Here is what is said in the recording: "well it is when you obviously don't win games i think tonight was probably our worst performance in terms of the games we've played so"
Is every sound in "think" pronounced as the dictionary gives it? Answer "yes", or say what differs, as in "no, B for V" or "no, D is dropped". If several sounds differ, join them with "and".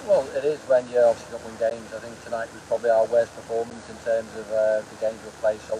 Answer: yes